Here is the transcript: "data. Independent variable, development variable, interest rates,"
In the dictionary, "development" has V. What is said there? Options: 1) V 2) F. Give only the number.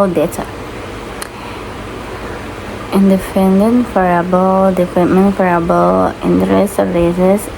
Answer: 2